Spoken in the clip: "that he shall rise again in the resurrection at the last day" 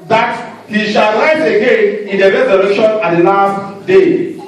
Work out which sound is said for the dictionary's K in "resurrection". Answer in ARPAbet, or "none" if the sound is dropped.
none